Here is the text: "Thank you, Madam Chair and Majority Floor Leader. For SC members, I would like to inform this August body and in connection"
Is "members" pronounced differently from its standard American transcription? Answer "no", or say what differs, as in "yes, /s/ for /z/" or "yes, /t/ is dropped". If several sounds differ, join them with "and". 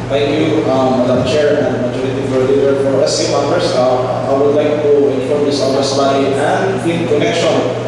yes, /s/ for /z/